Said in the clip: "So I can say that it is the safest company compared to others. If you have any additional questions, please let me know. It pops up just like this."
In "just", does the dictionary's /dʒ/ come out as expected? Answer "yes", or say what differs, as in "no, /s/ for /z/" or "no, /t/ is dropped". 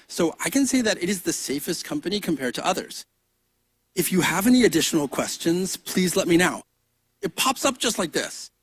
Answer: no, /ʒ/ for /dʒ/